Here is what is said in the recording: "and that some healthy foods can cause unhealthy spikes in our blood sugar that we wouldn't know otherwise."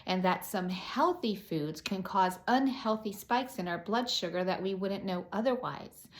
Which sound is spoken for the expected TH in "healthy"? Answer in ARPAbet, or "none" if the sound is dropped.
TH